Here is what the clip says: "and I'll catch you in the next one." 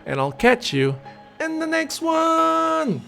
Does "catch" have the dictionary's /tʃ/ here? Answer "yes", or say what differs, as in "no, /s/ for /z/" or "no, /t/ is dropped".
yes